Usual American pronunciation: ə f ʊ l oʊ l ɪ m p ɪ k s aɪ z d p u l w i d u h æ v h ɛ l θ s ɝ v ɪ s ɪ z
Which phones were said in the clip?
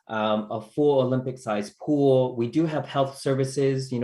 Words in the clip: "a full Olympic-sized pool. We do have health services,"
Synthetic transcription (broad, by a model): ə f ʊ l oʊ l ɪ m p ɪ k s aɪ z p u l w i d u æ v h ɛ l θ s ɝ v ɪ s ɪ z